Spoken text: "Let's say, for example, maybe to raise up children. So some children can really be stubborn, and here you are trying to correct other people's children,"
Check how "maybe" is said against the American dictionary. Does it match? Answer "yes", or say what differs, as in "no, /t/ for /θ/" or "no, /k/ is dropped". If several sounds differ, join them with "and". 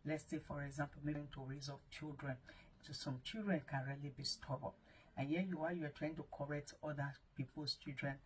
no, /b/ is dropped